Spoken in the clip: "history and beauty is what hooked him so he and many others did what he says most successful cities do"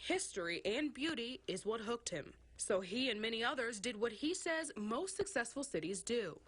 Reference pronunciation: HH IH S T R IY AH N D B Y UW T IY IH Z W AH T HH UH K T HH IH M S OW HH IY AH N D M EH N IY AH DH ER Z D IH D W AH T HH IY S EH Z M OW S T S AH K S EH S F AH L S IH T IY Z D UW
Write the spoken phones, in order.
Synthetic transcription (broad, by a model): HH IH S T R IY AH N B Y UW T IY IH Z W AH T HH UH K T HH IH M S OW IY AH N M EH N IY AH DH ER Z D IH D W AH T HH IY S EH Z M OW S T S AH K S EH S F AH L S IH T IY Z D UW